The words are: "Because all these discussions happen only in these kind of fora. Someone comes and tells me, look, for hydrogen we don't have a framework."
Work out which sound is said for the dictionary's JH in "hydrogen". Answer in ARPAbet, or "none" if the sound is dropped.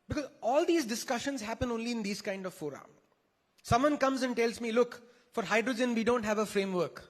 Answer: JH